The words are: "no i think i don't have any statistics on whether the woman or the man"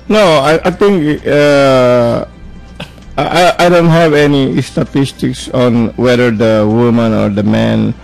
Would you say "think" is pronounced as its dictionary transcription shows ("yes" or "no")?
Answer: no